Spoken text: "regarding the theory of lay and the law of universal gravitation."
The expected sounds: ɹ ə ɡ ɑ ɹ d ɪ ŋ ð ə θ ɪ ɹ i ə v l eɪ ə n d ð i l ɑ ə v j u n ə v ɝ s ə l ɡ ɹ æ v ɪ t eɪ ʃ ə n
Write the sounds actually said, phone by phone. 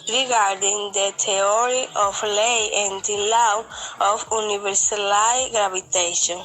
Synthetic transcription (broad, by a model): ɹ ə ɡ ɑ ɹ d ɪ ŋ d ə t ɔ ɹ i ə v l eɪ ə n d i l ɑ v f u n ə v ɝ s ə l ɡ ɹ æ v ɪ t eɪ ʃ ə n